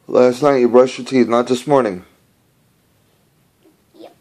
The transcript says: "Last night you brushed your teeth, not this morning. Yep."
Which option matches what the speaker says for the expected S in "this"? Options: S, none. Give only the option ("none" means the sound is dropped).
S